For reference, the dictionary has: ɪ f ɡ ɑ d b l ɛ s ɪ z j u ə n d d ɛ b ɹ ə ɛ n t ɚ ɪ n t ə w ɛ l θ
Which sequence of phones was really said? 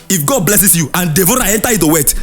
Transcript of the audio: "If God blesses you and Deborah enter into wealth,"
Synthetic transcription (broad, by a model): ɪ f ɡ ɑ d b l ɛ s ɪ s j u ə n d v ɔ ɹ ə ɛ n t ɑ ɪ t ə w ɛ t